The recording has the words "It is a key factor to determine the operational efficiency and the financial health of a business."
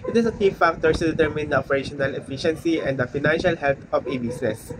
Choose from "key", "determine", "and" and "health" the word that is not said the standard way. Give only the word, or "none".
health